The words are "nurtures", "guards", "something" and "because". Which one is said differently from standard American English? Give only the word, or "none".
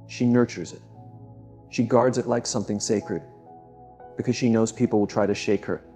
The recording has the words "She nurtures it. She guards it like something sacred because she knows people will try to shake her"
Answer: none